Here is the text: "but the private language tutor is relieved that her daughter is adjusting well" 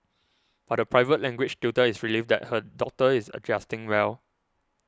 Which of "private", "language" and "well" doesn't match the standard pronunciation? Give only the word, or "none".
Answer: language